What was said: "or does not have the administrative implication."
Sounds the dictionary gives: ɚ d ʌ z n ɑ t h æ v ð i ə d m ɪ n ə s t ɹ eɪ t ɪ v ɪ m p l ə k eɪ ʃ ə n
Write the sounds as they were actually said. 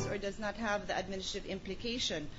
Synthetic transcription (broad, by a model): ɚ d ʌ z n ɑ t h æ v ð i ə d m ɪ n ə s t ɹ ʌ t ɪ v ɪ m p l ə k eɪ ʃ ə n